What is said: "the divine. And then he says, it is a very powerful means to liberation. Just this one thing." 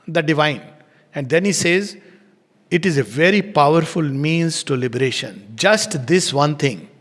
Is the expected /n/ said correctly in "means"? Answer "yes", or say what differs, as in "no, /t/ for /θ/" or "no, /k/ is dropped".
yes